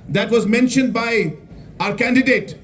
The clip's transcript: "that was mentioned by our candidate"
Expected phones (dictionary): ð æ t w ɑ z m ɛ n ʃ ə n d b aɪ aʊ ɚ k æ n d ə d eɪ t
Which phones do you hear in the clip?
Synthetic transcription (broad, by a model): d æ t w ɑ z m ɛ n ʃ ə n d b aɪ aʊ ɚ k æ n d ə d eɪ t